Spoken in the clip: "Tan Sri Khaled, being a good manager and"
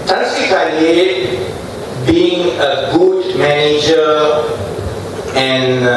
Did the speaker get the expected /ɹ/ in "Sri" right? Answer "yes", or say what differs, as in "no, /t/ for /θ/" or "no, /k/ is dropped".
no, /ɹ/ is dropped